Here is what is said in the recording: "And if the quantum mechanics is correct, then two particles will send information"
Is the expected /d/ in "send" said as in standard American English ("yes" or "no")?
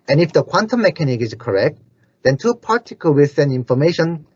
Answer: no